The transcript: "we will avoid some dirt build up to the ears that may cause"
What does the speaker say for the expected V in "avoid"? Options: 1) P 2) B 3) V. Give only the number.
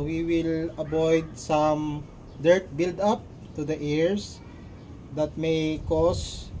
2